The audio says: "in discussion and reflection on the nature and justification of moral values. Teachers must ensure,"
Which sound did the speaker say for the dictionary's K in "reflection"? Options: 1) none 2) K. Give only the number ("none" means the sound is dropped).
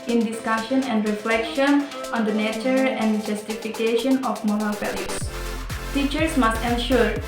2